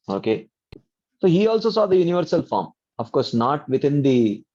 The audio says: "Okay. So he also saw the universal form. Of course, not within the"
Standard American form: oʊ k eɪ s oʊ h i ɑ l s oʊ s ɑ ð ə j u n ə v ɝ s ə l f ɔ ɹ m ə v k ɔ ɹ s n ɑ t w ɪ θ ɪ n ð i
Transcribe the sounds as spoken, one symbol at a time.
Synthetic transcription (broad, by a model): oʊ k eɪ s oʊ h i ɑ l s oʊ s ɑ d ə j u n ə v ɝ s ə l f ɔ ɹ m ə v k ɔ ɹ s n ɑ t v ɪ t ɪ n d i